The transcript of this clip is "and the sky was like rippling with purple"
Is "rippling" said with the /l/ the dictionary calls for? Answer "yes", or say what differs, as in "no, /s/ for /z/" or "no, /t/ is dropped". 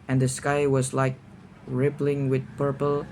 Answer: yes